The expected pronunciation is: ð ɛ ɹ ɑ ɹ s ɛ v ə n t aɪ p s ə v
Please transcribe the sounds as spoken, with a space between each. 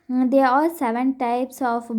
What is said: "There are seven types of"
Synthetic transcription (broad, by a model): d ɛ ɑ l s ɛ v ə n t aɪ p s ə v